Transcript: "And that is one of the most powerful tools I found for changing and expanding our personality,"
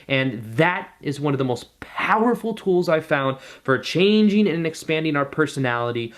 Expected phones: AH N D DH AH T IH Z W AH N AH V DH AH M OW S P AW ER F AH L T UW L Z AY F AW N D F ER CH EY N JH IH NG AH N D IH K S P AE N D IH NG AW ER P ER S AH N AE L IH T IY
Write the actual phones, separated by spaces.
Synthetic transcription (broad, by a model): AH N DH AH T IH Z W AH N AH V DH AH M OW S P AW ER F L T UW L Z AY F AW N D F ER CH EY N JH IH NG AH N IH K S P AE N D IH NG AW ER P ER S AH N AE L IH T IY